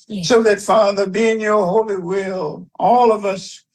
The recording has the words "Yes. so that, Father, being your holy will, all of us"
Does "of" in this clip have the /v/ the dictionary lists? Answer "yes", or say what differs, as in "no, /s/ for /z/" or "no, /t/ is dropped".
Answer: yes